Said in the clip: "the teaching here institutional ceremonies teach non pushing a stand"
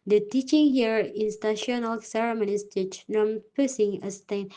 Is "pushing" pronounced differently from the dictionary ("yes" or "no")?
yes